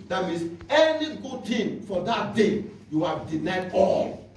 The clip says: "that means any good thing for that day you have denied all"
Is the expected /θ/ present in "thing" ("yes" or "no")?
no